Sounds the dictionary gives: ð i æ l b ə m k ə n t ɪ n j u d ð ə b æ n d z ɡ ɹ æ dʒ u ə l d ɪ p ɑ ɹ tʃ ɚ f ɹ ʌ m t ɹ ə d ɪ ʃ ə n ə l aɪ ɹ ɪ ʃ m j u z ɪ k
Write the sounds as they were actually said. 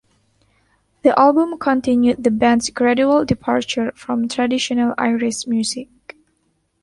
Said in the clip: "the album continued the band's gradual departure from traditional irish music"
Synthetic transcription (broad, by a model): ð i æ l b ə m k ə n t ɪ n j u d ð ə b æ n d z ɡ ɹ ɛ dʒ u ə l d ɪ p ɑ ɹ tʃ ɚ f ɹ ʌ m t ɹ ə d ɪ ʃ ə n ə l aɪ ɹ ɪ s m j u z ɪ k